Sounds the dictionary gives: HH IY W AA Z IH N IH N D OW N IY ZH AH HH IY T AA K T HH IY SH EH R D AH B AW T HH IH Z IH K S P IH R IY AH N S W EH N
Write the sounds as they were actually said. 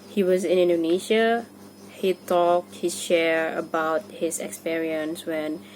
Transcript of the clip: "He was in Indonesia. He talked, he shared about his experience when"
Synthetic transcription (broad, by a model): HH IY W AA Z IH N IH N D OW N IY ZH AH HH IY T AA K T HH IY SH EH R AH B AW T HH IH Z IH K S P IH R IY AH N S W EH N